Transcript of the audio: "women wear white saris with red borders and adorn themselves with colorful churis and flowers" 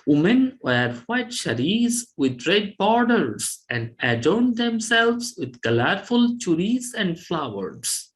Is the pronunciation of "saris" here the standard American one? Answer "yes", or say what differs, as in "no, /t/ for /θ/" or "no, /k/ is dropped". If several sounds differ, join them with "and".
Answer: no, /ʃ/ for /s/